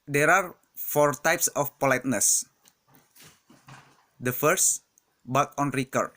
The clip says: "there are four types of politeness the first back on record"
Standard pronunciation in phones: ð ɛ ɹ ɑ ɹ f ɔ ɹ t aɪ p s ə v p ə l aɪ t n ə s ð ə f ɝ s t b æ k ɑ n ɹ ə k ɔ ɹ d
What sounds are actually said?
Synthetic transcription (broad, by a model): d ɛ ɹ ɑ ɹ f ɔ ɹ t aɪ p s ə f p ə l aɪ t n ə s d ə f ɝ s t b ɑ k ɑ n ɹ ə k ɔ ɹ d